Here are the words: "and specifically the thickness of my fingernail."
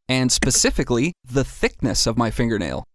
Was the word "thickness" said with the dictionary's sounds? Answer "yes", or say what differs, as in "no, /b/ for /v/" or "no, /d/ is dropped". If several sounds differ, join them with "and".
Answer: yes